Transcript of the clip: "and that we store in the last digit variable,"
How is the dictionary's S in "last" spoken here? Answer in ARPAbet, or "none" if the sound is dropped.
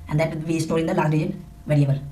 none